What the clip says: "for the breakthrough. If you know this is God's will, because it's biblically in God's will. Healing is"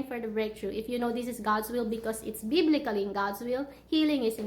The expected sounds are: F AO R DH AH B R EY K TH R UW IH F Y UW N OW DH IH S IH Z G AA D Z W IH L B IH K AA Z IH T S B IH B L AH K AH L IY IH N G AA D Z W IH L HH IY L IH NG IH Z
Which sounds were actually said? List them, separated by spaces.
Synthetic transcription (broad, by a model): F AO R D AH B R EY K T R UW IH F Y UW N OW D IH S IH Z G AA D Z W IH L B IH K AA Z IH T S B IH B L AH K AH L IY IH N G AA D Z W IH L HH IY L IH NG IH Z